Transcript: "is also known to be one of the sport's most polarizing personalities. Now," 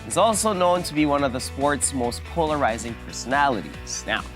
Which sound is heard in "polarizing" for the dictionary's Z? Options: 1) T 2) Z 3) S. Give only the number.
2